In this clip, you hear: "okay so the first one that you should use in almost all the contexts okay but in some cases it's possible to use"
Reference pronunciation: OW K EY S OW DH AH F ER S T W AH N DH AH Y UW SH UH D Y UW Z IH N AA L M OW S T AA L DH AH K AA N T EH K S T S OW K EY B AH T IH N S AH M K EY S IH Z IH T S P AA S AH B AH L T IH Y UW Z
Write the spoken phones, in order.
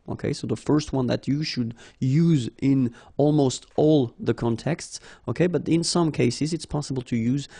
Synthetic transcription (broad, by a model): OW K EY S OW DH AH F ER S T W AH N DH AH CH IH SH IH D Y UW Z IH N AA L M OW S T AA L DH AH K AA N T EH K S T S OW K EY B AH T IH N S AH M K EY S IH Z IH T S P AA S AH B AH L T IH Y UW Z